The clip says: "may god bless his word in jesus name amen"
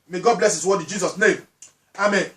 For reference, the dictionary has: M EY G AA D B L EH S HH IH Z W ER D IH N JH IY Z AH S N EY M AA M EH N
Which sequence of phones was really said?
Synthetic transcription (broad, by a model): M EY G AA D B L EH S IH S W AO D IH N JH IY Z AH S N EY M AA M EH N